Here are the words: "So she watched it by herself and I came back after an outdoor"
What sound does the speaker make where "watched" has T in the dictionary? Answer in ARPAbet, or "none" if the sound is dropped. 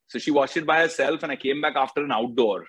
none